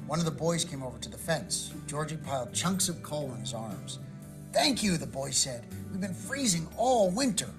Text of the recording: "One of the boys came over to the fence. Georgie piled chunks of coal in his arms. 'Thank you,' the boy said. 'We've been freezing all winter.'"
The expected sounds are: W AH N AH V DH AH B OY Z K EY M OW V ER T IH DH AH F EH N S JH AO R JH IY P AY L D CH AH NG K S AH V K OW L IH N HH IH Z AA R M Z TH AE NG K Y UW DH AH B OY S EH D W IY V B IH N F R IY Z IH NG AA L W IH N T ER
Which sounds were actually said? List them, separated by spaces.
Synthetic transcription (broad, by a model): W AH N AH V DH AH B OY Z K EY M OW V ER T IH DH AH F EH N S JH AO R JH IY P AY L D CH AH NG K S AH V K OW L IH N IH Z AA R M Z TH AE NG K Y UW DH AH B OY S EH D W IY V B IH N F R IY Z IH NG AA L W IH N T ER